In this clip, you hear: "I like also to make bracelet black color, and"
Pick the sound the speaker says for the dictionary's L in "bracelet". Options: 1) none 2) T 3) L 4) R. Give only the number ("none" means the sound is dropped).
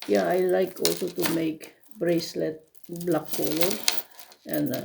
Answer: 3